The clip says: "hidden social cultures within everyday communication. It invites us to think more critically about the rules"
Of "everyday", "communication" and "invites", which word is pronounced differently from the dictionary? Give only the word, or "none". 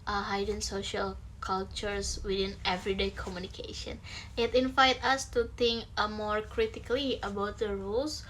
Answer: invites